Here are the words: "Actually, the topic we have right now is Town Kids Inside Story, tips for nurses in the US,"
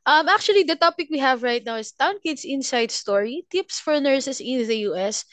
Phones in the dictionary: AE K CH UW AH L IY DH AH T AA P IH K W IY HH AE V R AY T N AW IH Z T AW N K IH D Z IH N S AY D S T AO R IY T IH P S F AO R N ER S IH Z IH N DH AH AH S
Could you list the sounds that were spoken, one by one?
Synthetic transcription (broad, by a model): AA K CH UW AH L IY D AH T AA P IH K W IY HH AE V R AY T N AW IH S T AW N K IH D S IH N S AY D S T AO R IY T IH P S F AO R N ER S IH S IH N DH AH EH S